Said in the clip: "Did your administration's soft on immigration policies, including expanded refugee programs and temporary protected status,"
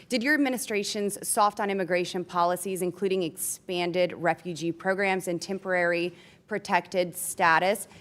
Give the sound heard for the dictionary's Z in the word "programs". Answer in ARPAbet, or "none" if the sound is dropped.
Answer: Z